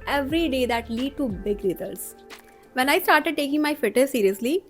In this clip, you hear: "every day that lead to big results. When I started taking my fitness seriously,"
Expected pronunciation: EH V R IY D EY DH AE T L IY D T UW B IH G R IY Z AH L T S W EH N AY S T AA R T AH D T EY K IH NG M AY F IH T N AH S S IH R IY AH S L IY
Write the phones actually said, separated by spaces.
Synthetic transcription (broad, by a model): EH V R IY D EY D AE T L IY D T UW B IH G R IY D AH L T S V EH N AY S T AA R T AH D T EY K IH NG M AY F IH T AH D S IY R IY AH S L IY